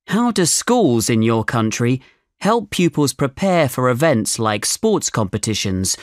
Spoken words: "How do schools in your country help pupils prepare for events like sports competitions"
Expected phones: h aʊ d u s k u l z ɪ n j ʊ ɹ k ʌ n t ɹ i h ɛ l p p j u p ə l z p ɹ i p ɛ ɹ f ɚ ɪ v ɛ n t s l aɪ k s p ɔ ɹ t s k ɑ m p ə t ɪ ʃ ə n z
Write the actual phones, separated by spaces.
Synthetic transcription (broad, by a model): h aʊ d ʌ s k u l z ɪ n j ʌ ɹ k ʌ n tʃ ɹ i h ɛ l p p j u p ə l z p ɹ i p ɛ f ɚ ɪ v ɛ n t s l aɪ k s p ɔ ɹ t s k ɑ m p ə t ɪ ʃ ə n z